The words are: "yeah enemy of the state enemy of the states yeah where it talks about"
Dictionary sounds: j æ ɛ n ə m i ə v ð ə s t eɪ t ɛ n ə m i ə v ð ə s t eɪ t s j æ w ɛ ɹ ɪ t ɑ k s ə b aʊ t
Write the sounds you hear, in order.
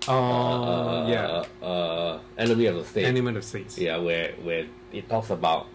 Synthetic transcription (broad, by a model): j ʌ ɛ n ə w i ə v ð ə s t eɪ ɛ n ə m i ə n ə s t eɪ t s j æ w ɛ w ɪ t ɑ k s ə b aʊ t